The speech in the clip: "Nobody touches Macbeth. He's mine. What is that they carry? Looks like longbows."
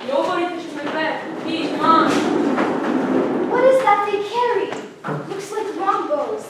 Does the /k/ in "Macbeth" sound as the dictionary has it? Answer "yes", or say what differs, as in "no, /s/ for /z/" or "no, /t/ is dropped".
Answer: no, /k/ is dropped